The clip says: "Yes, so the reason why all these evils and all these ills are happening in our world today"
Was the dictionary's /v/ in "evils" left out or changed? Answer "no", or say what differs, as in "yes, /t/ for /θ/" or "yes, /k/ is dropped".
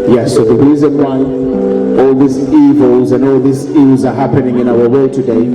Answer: no